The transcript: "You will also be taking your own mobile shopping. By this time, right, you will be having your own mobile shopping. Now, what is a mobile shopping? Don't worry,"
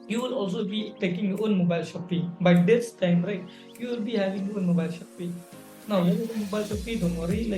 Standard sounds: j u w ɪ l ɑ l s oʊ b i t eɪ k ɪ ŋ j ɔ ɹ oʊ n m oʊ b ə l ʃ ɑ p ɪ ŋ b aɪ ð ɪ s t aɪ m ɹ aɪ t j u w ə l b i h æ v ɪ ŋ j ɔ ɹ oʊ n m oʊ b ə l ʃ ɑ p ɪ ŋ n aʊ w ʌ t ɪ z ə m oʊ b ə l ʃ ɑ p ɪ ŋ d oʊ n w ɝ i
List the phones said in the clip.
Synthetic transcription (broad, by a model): j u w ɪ l ɑ l s oʊ b i t eɪ k ɪ ŋ j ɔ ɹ oʊ n m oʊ b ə l ʃ ɑ p ɪ ŋ b aɪ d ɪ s t aɪ m ɹ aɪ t j u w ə l b i h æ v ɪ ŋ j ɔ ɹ oʊ n m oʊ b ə l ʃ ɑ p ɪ n aʊ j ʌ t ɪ ə m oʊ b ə l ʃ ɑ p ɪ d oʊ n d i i